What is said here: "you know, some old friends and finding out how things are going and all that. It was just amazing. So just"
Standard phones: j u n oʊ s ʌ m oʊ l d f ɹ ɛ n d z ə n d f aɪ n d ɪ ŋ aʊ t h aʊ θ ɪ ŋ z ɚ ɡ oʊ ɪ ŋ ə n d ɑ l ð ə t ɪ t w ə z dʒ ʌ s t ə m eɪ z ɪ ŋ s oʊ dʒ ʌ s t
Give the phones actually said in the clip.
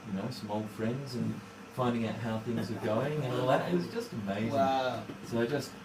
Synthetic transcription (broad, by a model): j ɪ n oʊ s ʌ m oʊ l d f ɹ ɛ n d z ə n f aɪ n d ɪ ŋ aʊ t h aʊ θ ɪ ŋ z ɚ ɡ oʊ ɪ ŋ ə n ɑ l ð ə t ɪ t w ə z dʒ ʌ s t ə m eɪ ɪ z s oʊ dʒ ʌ s t